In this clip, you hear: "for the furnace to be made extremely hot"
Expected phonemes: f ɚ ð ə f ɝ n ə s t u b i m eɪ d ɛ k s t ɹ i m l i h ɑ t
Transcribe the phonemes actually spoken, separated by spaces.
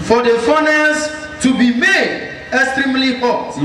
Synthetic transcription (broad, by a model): f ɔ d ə f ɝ n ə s t u b i m eɪ d ɛ k s t ɹ i m l i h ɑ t